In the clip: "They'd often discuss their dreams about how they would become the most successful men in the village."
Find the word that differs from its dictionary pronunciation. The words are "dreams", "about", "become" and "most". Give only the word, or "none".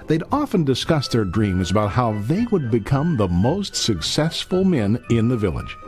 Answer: none